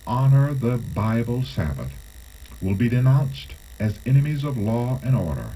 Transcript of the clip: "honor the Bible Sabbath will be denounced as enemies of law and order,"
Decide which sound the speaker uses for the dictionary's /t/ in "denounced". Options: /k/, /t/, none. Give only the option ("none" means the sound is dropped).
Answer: /t/